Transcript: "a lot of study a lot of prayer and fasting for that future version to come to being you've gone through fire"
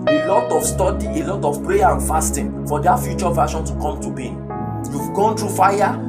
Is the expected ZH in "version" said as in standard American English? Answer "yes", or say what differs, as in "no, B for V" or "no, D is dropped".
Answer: no, SH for ZH